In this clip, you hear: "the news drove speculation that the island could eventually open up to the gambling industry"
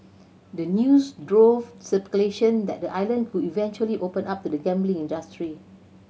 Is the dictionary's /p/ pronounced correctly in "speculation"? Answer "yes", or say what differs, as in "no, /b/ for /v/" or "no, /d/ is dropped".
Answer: no, /p/ is dropped